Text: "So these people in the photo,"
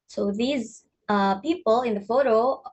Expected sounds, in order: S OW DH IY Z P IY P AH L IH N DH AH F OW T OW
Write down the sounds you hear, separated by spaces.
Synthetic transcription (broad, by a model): S OW DH IY Z P IY P AH L IH N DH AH F OW T OW